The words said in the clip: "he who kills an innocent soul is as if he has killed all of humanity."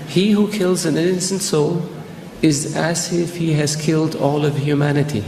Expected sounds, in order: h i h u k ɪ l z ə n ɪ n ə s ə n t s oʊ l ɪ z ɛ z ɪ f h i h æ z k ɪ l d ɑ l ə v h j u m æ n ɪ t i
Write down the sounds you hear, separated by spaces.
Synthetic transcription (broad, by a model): h i h u k ɪ l z ə n ɪ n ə s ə n t s oʊ l ɪ z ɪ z ɪ f h i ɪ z k ɪ l d ɑ l ə v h j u m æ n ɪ t i